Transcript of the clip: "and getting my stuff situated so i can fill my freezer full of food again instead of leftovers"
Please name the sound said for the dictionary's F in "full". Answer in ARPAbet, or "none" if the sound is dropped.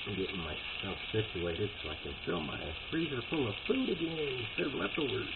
P